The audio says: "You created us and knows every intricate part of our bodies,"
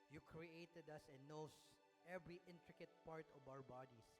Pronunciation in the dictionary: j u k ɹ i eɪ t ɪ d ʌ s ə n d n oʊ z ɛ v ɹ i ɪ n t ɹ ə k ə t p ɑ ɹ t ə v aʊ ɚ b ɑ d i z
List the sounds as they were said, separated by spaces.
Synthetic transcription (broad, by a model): j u k ɹ i eɪ t ɪ d ʌ s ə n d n oʊ s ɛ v ɹ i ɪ n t ɹ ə k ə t p ɑ ɹ t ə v aʊ ɚ b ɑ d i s